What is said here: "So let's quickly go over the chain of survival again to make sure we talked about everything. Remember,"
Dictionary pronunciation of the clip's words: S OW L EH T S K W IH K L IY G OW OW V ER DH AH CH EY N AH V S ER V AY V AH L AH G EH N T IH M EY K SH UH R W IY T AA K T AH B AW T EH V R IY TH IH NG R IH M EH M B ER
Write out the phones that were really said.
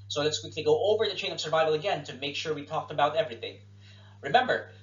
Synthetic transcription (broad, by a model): S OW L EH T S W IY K IY G OW OW V ER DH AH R EY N AH V S ER V AY V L AH G EH N T IH M EY K SH UH R W IY T AA K T AH B AW T EH V R IY TH IH NG R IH M EH M B ER